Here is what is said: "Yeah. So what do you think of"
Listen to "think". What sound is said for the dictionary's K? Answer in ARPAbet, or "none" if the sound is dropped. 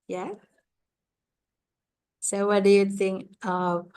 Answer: K